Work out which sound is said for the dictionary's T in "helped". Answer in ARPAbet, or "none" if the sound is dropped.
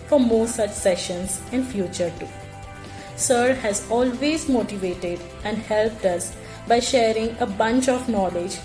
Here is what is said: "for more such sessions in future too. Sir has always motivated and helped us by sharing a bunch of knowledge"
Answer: T